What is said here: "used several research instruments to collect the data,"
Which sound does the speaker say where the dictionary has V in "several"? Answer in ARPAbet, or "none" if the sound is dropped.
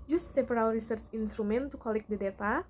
P